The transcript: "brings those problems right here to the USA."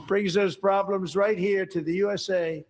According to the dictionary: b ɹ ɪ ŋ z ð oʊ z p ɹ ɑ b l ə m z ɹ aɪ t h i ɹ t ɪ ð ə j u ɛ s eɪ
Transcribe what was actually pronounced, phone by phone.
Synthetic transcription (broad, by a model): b ɹ ɪ ŋ z ð oʊ z p ɹ ɑ b l ə m z ɹ aɪ t h i ɹ t ɪ ð ə j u ɛ s eɪ